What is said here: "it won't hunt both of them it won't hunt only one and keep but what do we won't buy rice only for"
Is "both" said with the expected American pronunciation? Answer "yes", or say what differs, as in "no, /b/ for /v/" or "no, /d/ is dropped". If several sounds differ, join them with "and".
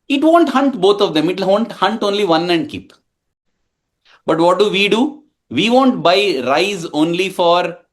no, /t/ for /θ/